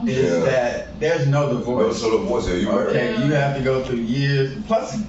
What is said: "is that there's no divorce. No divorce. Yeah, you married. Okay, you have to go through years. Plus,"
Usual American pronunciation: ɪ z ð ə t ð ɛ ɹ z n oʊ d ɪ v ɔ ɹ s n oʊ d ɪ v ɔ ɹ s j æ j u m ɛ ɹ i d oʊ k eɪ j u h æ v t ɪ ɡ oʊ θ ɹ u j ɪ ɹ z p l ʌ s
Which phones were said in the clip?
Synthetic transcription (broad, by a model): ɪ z ð ə t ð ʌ ɹ z n oʊ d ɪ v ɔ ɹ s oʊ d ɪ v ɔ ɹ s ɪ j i oʊ k eɪ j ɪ h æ f t ɪ ɡ oʊ θ ɹ u j ɪ ɹ z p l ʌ s